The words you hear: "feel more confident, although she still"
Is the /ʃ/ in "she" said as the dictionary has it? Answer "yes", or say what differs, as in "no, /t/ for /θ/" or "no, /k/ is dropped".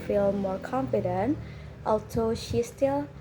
yes